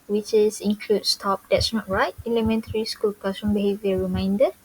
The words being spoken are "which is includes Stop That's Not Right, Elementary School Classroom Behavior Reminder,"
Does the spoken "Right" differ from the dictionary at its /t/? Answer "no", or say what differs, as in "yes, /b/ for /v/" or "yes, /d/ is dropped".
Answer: yes, /t/ is dropped